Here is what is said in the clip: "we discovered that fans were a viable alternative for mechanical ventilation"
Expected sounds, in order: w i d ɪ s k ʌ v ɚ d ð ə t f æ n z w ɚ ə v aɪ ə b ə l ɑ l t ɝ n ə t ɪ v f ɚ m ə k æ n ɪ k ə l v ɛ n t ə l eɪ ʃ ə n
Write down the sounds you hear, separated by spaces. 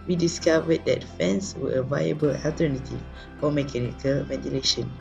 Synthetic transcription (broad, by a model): w i d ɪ s k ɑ v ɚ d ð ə t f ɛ n s w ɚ ə v aɪ ə b ə l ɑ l t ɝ n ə t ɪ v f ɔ m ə k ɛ n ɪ k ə l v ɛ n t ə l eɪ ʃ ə n